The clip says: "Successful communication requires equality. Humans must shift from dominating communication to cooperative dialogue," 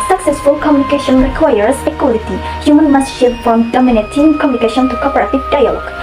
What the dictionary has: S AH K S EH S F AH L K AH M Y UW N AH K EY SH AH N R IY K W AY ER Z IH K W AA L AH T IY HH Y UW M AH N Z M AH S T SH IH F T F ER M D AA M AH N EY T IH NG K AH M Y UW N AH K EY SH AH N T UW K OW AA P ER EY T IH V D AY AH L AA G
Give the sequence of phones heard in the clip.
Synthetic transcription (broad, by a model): S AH K S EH S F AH L K AH M Y UW N AH K EY SH AH N R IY K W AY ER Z IH K W AA L AH T IY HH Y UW M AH N M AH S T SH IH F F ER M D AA M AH N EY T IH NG K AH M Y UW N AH K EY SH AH N T UW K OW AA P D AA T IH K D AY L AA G